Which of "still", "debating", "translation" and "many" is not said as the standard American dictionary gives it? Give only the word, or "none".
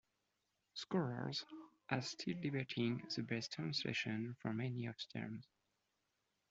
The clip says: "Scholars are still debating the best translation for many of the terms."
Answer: translation